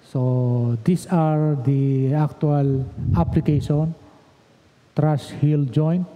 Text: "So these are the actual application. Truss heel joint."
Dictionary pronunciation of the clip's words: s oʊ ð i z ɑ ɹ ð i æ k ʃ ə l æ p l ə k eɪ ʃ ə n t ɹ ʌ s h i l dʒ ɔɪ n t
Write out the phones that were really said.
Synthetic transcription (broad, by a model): s oʊ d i s ɑ ɹ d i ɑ k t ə l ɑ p l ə k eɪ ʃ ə n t ɹ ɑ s h i l dʒ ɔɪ n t